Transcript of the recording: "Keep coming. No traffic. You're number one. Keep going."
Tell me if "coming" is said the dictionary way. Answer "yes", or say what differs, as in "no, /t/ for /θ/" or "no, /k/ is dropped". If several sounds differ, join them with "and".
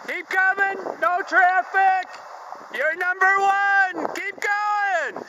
yes